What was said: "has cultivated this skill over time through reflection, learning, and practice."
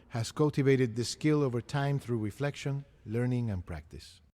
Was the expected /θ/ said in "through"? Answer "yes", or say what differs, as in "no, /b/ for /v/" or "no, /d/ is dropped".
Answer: yes